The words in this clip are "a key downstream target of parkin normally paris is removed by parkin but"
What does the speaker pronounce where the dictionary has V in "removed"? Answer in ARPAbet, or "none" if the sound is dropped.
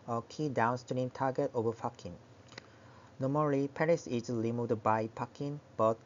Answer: none